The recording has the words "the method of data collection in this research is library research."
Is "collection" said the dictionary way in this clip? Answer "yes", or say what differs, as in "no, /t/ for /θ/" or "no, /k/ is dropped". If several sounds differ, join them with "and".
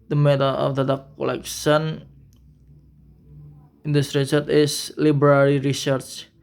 no, /s/ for /ʃ/